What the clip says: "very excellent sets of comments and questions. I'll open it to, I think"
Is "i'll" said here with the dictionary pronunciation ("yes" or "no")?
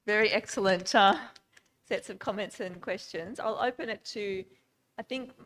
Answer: yes